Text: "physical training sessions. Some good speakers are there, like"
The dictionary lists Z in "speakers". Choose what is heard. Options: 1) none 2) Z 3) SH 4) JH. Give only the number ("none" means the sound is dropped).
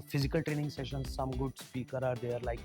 1